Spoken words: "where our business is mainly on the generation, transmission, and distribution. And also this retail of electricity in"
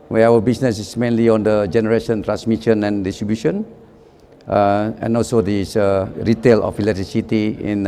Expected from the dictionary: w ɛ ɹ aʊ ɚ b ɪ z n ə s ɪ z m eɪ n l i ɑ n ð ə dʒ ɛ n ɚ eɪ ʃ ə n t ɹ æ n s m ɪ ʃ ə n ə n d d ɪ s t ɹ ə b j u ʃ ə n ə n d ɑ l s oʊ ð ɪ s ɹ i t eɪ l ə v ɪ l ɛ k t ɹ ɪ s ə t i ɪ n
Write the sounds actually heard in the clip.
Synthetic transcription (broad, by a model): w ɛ aʊ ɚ b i s n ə s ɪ s m eɪ n l i ɑ n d ə dʒ ɛ n ɚ eɪ ʃ ə n t ɹ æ n s m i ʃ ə n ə n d d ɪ s t ɹ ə b j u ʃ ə n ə n ɑ l s oʊ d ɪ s ɹ i t eɪ l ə f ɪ l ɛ t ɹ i s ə t i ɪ n